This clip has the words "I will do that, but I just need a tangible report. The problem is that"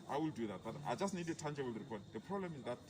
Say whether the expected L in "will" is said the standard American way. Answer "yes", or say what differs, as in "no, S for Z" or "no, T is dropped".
yes